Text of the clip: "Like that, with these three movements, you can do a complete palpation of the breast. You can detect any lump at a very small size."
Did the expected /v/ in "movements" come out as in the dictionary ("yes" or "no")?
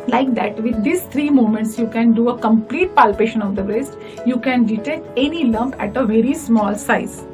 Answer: no